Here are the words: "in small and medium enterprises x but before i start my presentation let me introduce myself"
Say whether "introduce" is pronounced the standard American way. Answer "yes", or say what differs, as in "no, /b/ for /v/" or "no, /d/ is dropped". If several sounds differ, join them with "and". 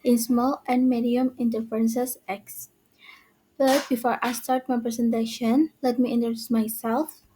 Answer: no, /ɹ/ is dropped